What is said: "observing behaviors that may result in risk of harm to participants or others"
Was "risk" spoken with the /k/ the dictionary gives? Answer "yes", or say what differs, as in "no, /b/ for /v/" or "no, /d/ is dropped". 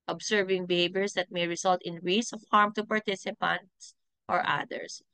no, /k/ is dropped